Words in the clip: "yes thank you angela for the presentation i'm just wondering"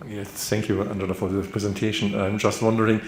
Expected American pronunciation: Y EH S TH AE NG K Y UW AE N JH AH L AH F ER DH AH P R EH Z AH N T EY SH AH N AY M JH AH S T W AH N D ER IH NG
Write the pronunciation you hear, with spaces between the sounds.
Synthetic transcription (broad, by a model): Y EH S TH AE NG K Y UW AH N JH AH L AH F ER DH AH P R EH Z AH N T EY SH AH N AY M JH AH S T W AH N D ER IH NG